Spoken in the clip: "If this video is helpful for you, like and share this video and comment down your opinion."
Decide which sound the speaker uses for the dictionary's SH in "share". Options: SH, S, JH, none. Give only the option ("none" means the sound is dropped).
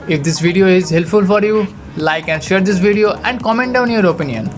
SH